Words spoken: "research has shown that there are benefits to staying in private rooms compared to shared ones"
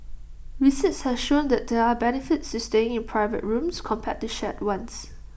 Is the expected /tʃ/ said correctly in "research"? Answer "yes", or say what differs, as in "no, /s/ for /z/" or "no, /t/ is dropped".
no, /s/ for /tʃ/